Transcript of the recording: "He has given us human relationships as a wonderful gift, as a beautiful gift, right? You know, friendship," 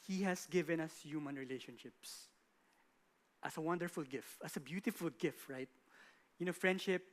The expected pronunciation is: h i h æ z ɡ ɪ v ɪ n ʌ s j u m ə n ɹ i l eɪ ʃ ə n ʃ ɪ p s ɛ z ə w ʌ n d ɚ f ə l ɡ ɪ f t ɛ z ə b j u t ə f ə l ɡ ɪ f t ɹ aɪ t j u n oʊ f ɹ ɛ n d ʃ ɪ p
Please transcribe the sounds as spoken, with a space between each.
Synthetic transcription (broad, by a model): h i h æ s ɡ ɪ v ɪ n ʌ s j u m ə n ɹ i l eɪ ʃ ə n ʃ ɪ p s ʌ s ə w ʌ n d ɚ f ə l ɡ ɪ f t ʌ s ə b j u t ə f ə l ɡ ɪ f t ɹ aɪ t j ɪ n oʊ f ɹ ɛ n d ʃ ɪ p